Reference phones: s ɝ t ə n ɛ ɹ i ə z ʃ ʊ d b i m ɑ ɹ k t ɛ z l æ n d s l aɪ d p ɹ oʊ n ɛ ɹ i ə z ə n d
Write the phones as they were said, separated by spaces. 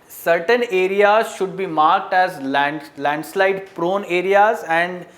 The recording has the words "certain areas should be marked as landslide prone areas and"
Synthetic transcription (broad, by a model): s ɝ t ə n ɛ ɹ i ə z ʃ ʊ d b i m ɑ ɹ k t ɛ z l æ n d s l aɪ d p ɹ oʊ n ɛ ɹ i ə z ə n d